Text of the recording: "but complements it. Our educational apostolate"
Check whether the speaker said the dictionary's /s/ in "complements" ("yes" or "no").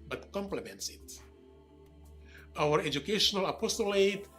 yes